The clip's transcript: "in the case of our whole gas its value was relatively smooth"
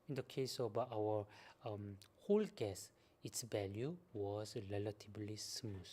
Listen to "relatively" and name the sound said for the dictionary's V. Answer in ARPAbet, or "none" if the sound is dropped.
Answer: B